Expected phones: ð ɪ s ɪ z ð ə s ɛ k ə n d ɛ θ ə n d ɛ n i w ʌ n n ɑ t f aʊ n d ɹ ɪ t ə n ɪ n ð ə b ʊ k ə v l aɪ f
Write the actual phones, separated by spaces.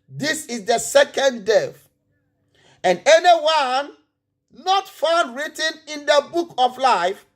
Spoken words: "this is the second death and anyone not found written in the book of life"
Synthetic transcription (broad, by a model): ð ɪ s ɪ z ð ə s ɛ k ə n d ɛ f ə n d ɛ n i w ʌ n n ɑ t f aʊ n d ɹ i t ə n ɪ n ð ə b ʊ k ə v l aɪ f